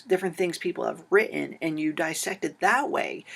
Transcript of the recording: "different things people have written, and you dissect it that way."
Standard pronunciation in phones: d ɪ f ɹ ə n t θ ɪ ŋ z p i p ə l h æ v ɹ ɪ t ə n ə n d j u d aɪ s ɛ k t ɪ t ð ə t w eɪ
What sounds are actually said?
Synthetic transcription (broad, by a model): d ɪ f ɹ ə n θ ɪ ŋ z p i p l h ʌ v ɹ ɪ t n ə n j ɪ d aɪ s ɛ k t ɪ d ð ə t w eɪ